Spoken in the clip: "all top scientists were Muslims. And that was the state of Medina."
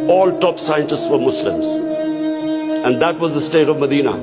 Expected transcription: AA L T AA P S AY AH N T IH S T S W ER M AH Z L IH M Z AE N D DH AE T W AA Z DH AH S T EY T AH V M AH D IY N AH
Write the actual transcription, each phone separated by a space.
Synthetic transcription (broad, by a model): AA L T AA P S AY AH N T IH S T S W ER M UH S L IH M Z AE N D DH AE T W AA Z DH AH S T EY T AH V M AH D IY N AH